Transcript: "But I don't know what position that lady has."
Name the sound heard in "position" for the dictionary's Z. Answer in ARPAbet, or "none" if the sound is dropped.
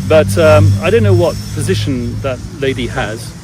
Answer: Z